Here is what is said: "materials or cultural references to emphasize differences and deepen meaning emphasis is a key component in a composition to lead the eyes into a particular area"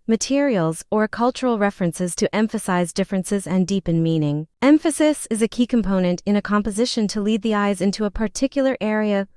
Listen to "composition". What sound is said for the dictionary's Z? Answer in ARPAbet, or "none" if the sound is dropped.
Z